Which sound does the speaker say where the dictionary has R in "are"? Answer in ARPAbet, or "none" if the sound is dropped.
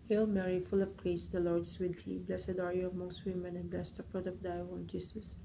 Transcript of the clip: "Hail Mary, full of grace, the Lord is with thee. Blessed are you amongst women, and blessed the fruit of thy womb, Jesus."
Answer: R